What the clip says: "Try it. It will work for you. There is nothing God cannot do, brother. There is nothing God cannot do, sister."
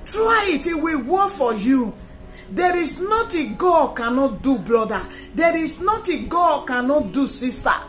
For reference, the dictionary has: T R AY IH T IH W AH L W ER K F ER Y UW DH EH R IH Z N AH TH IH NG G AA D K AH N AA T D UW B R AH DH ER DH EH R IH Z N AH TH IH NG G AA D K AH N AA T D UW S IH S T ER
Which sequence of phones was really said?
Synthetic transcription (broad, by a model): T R AY IH T IH W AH W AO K F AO Y UW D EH R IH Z N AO T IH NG G AA D K AH N AA T D UW B L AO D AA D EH R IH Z N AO T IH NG G AA D K AH N AA T D UW S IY S T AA